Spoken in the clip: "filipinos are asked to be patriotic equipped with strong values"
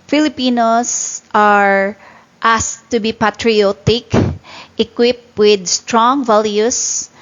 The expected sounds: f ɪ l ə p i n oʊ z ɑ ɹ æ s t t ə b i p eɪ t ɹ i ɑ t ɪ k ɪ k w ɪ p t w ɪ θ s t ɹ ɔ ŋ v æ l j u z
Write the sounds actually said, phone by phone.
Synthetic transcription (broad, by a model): f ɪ l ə p i n oʊ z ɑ ɹ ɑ s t t ə b i p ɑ t ɹ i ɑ t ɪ k ɪ k w ɪ p t w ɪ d s t ɹ ɔ ŋ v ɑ l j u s